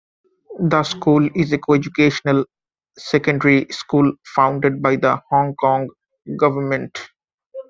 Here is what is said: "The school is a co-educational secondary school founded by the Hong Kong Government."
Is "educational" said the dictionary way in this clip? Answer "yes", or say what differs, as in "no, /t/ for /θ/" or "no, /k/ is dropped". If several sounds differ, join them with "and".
yes